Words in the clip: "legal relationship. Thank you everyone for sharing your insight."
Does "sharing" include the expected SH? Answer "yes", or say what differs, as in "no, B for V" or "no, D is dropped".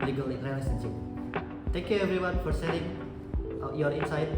no, S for SH